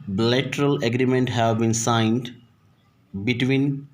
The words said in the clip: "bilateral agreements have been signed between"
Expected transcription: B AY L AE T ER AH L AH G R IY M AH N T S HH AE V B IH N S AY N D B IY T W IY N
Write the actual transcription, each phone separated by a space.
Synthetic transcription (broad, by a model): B L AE T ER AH L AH G R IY M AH N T HH AE V B IH N S AY N D B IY T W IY N